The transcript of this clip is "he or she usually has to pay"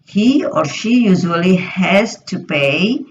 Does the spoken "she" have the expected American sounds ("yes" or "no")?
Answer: yes